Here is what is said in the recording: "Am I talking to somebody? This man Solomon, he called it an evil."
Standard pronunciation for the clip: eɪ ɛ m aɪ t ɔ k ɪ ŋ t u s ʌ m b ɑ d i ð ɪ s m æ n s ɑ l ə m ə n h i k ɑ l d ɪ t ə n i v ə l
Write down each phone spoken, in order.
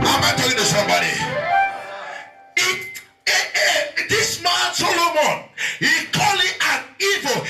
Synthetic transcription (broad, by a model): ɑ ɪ m aɪ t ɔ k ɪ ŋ t u s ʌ m b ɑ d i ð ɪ s m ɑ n s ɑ l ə m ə n h i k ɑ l ɪ t ə n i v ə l